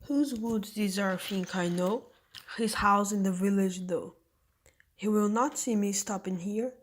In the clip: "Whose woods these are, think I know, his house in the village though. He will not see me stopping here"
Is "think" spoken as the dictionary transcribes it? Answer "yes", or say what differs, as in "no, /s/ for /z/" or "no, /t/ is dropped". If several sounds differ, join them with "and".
no, /f/ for /θ/